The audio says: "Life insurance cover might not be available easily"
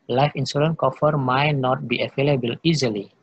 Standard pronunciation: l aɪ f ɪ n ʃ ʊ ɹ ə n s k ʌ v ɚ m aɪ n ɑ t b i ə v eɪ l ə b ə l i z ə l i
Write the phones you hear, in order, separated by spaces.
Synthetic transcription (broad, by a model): l aɪ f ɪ n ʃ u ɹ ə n k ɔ f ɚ m aɪ n ɑ t b i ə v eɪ l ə b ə l i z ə l i